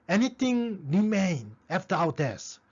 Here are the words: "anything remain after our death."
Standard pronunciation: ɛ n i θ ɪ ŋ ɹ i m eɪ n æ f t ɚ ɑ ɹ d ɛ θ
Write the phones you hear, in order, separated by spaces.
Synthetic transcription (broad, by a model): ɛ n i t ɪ ŋ ɹ i m eɪ n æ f t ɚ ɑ w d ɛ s